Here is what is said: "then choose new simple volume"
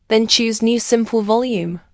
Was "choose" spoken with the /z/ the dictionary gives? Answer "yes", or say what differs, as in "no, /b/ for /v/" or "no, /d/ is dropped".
yes